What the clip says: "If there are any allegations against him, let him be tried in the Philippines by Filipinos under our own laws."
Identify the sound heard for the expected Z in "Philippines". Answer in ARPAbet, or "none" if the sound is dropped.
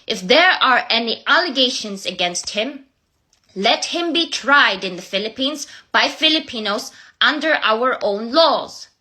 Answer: Z